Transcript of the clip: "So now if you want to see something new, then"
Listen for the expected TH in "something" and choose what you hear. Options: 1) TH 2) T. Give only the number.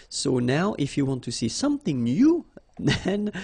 1